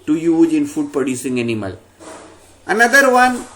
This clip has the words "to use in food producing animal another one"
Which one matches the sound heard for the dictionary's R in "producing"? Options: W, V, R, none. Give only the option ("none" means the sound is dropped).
none